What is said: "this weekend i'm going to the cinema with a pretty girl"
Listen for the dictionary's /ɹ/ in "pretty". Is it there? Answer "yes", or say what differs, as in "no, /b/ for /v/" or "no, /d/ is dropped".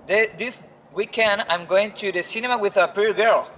no, /ɹ/ is dropped